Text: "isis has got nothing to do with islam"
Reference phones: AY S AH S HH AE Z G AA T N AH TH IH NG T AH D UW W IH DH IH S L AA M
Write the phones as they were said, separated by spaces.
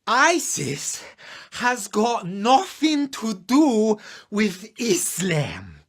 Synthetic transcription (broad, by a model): AY S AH S HH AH Z G AA T N AH TH IH NG T AH D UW W IH DH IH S L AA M